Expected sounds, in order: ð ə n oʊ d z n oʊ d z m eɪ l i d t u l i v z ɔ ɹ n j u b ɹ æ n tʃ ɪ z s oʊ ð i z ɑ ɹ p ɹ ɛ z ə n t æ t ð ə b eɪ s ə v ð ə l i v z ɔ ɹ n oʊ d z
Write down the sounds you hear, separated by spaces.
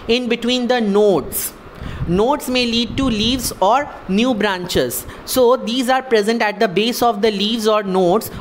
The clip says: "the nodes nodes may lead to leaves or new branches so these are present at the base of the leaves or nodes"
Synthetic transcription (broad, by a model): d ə n oʊ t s n oʊ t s m eɪ l i d t u l i v z ɔ ɹ n j u b ɹ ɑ n tʃ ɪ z s oʊ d i z ɑ ɹ p ɹ ɛ z ə n t æ t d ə b eɪ s ə v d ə l i v z ɔ ɹ n oʊ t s